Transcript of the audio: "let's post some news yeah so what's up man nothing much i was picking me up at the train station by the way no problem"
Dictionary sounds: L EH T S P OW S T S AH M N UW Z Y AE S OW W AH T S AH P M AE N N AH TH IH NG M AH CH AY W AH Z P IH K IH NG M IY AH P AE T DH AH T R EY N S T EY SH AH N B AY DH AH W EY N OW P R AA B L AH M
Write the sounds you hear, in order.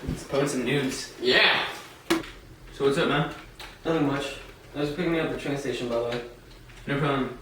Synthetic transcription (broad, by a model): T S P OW T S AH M N UW Z Y AE S OW W AH T S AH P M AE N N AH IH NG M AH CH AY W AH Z P IH K IH NG M IY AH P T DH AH T R EY N S T EY SH AH N B AY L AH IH N OW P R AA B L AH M